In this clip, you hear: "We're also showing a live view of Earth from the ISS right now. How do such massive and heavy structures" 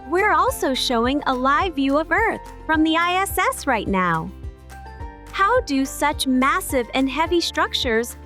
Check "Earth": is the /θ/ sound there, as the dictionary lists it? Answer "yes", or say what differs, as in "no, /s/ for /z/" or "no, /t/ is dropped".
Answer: yes